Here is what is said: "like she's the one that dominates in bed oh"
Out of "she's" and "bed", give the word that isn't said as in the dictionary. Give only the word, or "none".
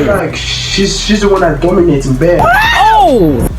bed